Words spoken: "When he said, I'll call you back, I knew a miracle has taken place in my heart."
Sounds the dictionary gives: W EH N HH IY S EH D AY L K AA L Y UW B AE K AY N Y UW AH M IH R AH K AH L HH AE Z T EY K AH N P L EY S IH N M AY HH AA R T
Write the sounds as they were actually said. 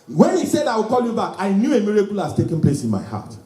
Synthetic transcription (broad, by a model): W EH N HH IY S EH D AY W K AA L Y UW B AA K AY N Y UW AH M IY R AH K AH L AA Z T EY K AH N P L EY S IH N M AY HH AA T